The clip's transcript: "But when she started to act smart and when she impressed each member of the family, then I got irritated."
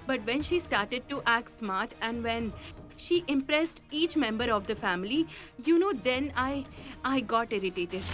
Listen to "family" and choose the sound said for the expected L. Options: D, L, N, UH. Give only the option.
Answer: N